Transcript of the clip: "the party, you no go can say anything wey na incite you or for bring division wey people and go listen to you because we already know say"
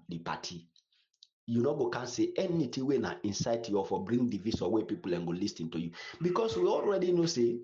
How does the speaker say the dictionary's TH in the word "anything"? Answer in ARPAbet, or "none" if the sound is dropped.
T